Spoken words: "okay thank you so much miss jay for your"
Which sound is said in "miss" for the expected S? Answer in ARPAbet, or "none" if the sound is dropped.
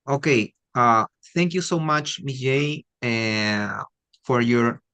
none